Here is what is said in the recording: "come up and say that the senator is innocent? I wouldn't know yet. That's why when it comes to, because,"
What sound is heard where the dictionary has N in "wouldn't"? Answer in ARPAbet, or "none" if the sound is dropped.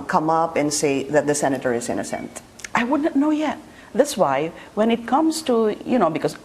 none